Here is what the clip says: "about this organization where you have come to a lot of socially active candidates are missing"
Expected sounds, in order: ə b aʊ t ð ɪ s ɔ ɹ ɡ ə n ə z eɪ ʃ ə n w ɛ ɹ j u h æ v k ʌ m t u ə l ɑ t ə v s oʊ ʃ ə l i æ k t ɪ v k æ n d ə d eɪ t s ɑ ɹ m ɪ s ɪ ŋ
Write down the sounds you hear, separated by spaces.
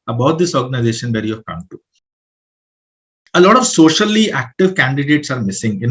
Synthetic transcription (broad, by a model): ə b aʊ t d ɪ s ɔ ɹ ɡ ə n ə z eɪ ʃ ə n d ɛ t j u h æ v k ʌ m t u ə l ɑ t ə v s oʊ ʃ ə l i æ k t ɪ v k æ n d ə d eɪ t s ɑ ɹ m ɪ s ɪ ŋ